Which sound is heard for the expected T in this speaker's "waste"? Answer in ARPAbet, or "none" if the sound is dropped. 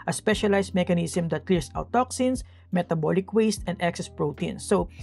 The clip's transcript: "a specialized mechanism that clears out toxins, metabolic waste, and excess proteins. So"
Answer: T